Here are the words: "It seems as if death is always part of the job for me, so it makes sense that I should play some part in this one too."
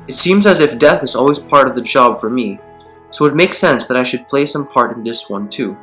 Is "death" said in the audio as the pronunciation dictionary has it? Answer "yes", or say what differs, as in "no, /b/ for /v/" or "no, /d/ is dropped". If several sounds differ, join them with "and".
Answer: yes